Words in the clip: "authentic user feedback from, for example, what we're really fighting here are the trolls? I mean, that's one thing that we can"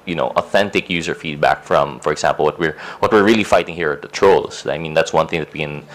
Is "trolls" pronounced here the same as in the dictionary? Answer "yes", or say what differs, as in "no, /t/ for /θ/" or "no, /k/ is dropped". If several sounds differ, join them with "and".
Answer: no, /s/ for /z/